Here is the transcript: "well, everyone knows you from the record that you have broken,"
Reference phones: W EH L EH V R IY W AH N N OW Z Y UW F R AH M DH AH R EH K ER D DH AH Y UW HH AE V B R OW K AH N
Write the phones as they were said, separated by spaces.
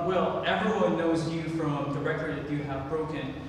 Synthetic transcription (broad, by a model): W EH L EH V R IY W AH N N OW Z Y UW F R AH M DH AH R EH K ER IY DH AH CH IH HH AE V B R OW K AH N